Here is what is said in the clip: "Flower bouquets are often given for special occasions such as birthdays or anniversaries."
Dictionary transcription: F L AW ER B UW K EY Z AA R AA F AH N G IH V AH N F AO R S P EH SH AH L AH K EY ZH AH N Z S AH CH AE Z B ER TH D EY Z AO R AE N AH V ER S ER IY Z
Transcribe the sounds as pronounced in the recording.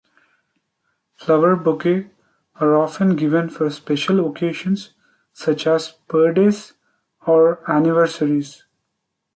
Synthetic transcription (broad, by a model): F L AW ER B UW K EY AA R AA F AH N G IH V AH N F AO R S P EH SH AH L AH K EY SH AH N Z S AH CH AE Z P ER D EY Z AO R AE N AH V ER S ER IY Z